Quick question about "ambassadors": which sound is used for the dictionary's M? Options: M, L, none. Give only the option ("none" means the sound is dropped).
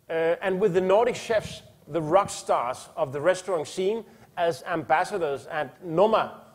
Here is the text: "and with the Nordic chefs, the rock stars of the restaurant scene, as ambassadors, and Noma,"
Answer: M